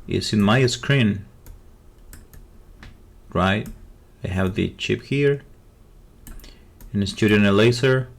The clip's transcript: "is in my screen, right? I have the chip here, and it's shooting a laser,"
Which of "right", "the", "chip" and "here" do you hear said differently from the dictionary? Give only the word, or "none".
none